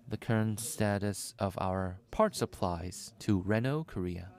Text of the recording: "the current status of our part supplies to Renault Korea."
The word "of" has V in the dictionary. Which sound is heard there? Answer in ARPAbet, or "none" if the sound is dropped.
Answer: V